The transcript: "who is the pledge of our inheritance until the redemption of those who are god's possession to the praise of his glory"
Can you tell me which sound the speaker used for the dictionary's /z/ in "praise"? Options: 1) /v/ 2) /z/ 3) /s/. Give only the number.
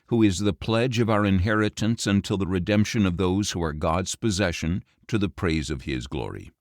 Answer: 2